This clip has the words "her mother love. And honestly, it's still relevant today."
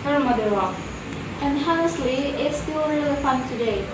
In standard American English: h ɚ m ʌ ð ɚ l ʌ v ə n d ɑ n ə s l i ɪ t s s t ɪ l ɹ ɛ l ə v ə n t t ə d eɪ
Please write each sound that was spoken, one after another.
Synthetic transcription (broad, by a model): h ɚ m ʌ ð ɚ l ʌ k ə n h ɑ ə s l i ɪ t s s t ɪ l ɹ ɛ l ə f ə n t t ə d eɪ